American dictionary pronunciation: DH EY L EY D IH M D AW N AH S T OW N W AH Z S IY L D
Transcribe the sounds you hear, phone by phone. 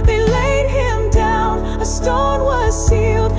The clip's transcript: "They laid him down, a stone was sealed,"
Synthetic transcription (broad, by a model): DH EY L EY D IH M D AW N AH S T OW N W AH Z S IY L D